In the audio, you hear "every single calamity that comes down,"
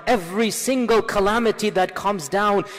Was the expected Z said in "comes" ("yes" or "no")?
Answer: yes